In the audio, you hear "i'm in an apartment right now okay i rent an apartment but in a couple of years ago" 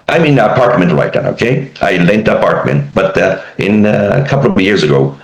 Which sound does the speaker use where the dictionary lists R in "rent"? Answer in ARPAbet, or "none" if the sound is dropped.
L